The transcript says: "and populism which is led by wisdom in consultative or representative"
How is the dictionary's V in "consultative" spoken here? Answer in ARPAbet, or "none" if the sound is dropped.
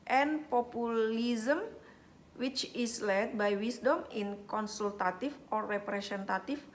F